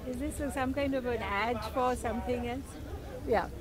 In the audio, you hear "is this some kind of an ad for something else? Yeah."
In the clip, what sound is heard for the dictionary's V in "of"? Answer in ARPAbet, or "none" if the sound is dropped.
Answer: V